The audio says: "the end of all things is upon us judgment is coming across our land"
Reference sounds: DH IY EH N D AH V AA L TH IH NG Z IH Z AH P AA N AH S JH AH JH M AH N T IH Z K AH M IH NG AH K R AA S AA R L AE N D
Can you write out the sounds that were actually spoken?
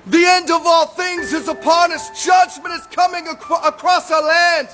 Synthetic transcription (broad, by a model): DH IY EH N D AH V AA L TH IH NG Z IH Z AH P AA N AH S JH AH JH M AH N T IH Z K AH M IH NG AH K R AA S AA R L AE N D